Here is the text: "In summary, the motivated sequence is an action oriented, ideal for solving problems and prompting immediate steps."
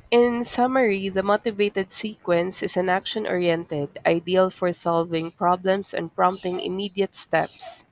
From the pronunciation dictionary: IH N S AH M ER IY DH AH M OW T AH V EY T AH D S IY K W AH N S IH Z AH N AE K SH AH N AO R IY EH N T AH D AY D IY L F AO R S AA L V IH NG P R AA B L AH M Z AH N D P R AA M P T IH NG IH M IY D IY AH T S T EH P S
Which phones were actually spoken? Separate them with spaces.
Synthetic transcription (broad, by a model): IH N S AH M ER IY DH AH M OW T AH V EY T AH D S IY K W AH N S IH S AH N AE K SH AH N AO R IY EH N T AH D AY D IY L F AO R S AA L V IH NG P R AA B L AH M S AH N D P R AA M P T IH NG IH M IY D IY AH T S T EH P S